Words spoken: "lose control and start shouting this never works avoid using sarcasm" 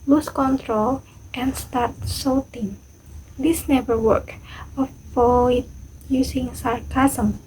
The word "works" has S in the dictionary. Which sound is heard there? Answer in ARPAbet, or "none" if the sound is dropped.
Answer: none